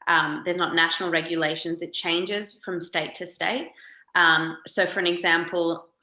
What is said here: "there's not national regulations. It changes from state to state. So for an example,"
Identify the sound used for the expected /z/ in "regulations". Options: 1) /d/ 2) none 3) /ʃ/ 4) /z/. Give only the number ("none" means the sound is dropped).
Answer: 4